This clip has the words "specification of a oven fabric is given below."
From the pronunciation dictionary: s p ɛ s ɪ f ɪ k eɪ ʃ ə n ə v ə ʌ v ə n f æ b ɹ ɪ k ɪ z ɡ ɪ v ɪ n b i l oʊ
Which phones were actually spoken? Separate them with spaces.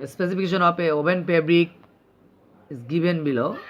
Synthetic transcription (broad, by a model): s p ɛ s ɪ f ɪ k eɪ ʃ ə n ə p ə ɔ p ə n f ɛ b ɹ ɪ k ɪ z ɡ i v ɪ n b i l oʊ